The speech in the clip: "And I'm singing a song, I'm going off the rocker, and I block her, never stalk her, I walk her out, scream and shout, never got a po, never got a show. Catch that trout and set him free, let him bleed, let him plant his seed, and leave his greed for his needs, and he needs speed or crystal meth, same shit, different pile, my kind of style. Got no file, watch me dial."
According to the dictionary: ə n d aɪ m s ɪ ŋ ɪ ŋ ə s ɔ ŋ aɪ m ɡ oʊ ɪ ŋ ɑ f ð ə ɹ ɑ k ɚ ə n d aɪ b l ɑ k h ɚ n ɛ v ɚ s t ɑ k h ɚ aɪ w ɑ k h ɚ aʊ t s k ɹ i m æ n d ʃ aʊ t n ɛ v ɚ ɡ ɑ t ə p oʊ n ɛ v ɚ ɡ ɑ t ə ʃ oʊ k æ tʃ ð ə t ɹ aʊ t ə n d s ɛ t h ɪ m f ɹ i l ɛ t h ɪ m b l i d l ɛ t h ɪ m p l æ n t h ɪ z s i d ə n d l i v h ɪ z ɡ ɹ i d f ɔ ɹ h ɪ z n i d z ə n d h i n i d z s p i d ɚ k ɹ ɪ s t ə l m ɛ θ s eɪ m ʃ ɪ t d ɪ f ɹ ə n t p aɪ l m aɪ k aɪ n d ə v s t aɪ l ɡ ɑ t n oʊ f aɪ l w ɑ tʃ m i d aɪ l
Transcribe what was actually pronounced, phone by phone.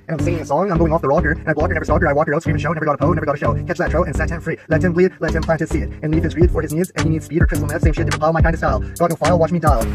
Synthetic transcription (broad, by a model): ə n aɪ m s ɪ ŋ ɪ ŋ ə s ɔ ŋ aɪ m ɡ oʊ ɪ ŋ ɑ f ð ə ɹ ɑ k ɚ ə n aɪ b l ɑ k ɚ n ɛ v ɚ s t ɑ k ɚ aɪ w ɑ k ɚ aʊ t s ɹ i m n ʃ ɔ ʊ n ɛ v ɚ ɡ ɑ t ə p oʊ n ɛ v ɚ ɡ ɑ t ə ʃ oʊ k æ tʃ ð ə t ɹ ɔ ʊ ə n s ɛ t h ɪ m f ɹ i l ɛ t h ɪ m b l i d l ɛ t h ɪ m p l æ n t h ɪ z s i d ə n l i v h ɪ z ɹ i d f ɔ ɹ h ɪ z n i z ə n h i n i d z s p i d ɚ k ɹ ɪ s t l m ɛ f s eɪ m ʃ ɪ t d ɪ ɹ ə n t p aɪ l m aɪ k aɪ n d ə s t aɪ l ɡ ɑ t n oʊ f aɪ l w ɑ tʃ m i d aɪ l